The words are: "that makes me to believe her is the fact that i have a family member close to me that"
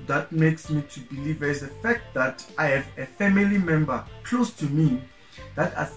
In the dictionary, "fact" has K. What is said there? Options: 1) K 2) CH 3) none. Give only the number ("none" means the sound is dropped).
1